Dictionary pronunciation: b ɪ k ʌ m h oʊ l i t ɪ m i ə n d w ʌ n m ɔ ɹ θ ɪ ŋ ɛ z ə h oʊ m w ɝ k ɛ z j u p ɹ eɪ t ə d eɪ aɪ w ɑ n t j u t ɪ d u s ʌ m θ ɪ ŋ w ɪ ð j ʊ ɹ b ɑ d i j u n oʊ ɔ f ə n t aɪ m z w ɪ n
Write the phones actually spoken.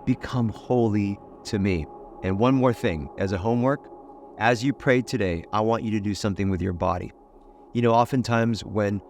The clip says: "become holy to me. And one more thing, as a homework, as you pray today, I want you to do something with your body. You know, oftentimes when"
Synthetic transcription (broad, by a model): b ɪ k ʌ m h oʊ l i t ɪ m i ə n w ʌ n m ɔ ɹ θ ɪ ŋ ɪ z ə h oʊ m w ɝ k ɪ z j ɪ p ɹ eɪ t ə d eɪ aɪ w ɑ n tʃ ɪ t ɪ d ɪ s ʌ m θ ɪ ŋ w ɪ ð j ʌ ɹ b ɑ d i j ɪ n oʊ ɔ f ə n t aɪ m z w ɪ n